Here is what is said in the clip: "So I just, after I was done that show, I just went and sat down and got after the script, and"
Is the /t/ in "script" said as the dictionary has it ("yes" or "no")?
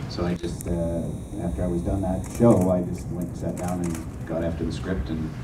yes